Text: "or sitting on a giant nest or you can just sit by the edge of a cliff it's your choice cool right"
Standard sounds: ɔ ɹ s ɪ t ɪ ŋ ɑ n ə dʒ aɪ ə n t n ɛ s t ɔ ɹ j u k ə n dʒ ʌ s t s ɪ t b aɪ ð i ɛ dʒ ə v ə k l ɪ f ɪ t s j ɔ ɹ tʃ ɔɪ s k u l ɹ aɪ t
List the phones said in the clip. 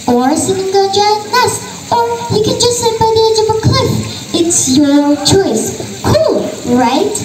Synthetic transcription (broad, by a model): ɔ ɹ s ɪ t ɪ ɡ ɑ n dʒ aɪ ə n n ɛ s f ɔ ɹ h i k ə n dʒ ʌ s t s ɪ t b aɪ ð i ɛ dʒ ə v ə k l ɪ f ɪ t s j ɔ l tʃ ɔɪ s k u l ɹ aɪ t